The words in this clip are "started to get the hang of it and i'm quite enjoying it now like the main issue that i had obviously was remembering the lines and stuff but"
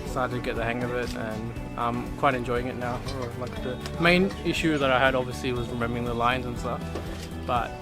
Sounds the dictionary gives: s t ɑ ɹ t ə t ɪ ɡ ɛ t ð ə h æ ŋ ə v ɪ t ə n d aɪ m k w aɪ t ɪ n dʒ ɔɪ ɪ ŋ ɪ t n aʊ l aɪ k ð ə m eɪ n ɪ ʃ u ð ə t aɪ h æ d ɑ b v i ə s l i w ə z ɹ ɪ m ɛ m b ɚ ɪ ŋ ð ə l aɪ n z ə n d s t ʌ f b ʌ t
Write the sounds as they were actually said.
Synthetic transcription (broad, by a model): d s ɑ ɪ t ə t ɪ ɡ ɛ t ð ə h æ ŋ ə v ɪ t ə n aɪ m k w aɪ t ɪ n dʒ ɔɪ ɪ ŋ ɪ t n aʊ l aɪ k ð ə m eɪ n ɪ ʃ u ð ə t aɪ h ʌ d ɑ b v i ə s l i w ə z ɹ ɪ m ɛ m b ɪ ŋ ð ə l aɪ n z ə n s t ʌ f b ʌ t